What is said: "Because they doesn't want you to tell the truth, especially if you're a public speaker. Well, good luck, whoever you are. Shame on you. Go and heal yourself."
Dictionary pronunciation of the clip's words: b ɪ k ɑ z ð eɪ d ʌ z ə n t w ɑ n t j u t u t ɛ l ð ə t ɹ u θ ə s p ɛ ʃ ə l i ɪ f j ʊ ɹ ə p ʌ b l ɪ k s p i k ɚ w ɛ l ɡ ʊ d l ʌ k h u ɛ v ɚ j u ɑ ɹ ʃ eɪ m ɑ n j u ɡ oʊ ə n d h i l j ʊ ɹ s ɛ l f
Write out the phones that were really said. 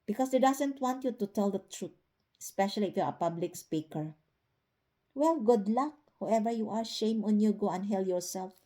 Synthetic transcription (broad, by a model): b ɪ k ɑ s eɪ d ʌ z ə n t w ɑ n t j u t u t ɛ l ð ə t ɹ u t ə s p ɛ ʃ ə l i ɪ f j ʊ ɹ ə p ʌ b l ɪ k s p i k ɚ w ɛ l ɡ ʊ d l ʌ k h u ɛ v ɚ j u ɑ ɹ ʃ eɪ m ɑ n j u ɡ oʊ ə n d h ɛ l j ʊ ɹ s ɛ l f